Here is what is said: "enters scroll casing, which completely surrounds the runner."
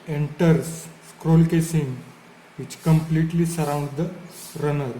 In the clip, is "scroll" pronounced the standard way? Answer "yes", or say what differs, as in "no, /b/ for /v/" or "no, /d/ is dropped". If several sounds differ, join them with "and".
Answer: yes